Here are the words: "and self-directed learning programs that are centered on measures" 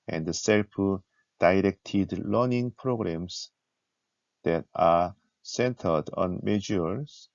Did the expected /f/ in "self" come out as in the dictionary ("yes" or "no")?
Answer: no